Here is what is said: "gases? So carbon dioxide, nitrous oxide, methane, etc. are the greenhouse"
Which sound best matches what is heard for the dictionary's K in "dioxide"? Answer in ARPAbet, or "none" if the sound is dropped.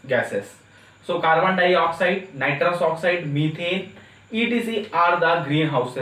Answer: K